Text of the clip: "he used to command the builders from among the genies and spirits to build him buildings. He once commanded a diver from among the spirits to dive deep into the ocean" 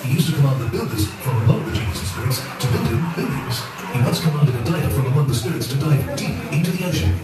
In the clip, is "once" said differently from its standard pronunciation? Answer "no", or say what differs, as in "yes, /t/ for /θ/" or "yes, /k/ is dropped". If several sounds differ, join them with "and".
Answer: yes, /n/ is dropped